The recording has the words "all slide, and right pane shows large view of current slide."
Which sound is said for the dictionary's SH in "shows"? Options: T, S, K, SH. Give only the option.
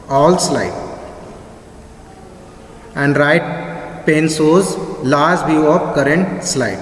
S